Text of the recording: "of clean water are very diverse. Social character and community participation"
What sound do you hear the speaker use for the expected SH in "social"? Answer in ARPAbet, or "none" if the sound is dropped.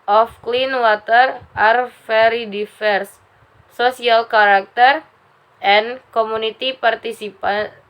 none